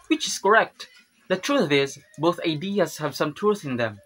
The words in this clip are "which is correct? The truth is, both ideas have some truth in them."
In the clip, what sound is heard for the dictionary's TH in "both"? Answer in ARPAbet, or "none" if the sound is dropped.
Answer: TH